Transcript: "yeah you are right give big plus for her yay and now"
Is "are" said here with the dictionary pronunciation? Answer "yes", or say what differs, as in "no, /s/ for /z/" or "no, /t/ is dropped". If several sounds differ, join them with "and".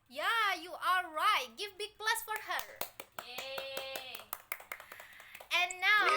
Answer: no, /l/ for /ɹ/